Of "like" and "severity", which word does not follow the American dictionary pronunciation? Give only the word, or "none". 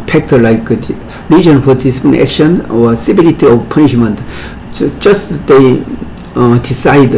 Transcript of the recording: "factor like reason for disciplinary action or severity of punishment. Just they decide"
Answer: severity